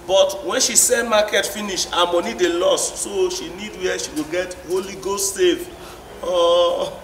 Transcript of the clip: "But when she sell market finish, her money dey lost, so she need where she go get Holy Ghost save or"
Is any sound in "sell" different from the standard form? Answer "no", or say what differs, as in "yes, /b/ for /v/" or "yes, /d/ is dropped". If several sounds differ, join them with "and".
yes, /n/ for /l/